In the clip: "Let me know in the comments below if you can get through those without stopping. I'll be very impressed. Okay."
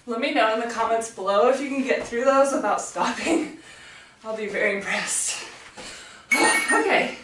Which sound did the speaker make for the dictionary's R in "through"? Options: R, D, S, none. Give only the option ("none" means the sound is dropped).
R